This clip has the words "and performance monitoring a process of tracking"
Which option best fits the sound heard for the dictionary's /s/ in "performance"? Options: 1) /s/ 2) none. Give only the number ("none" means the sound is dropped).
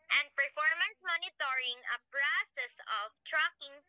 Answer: 1